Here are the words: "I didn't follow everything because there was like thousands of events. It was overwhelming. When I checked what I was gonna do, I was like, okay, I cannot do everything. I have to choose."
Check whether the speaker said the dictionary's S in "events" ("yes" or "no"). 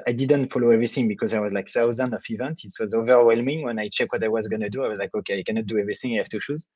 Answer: no